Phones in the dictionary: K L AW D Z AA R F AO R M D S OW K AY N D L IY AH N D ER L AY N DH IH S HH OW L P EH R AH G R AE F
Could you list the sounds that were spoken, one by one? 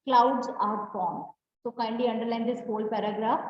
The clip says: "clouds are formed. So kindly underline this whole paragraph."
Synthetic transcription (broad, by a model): K L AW D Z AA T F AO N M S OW K AY N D IY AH N D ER L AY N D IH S HH OW L P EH R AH G R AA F